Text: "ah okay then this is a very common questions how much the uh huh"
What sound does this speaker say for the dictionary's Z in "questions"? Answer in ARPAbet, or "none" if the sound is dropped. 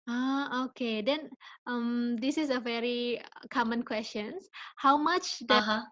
none